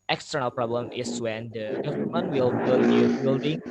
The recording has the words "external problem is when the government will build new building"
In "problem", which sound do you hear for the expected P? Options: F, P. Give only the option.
P